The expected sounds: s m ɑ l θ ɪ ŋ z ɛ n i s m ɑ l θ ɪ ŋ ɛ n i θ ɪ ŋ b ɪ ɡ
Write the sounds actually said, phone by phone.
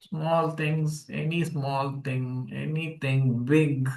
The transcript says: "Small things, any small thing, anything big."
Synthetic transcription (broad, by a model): s m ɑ l t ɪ ŋ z ɛ n i s m ɑ l t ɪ ŋ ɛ n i t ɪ ŋ b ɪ ɡ